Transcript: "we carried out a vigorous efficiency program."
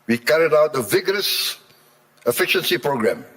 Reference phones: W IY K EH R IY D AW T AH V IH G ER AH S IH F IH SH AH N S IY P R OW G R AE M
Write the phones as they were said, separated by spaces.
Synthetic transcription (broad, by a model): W IY K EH R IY D AW T AH V IH G ER AH S IH F IH SH AH N S IY P R OW G R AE M